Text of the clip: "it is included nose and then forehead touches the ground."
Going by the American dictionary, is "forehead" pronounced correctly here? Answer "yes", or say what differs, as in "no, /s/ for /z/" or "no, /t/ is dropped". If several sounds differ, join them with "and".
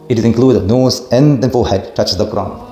no, /l/ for /ɹ/